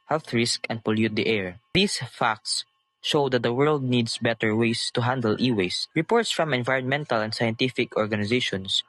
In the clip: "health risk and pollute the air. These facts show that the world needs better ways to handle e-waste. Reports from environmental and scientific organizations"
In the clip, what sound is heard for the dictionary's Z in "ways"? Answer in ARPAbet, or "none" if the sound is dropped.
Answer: S